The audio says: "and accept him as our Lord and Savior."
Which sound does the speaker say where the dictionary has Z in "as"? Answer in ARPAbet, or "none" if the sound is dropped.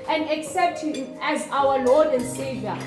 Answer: Z